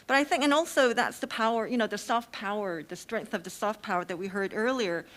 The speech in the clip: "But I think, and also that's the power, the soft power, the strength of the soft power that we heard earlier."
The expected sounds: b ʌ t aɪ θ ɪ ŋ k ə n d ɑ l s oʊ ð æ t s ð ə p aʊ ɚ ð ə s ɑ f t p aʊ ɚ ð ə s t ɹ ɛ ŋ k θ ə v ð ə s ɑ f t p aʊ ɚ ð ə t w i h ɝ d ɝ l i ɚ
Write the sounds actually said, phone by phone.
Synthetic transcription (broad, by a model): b ʌ t aɪ θ ɪ ŋ k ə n ɑ l s oʊ ð æ t s ð ə p aʊ ɚ ð ə s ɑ f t p aʊ ɚ ð ə s t ɹ ɛ ŋ k θ ə v ð ə s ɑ f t p aʊ ɚ ð ə t w i h ɝ d ɝ l i ɚ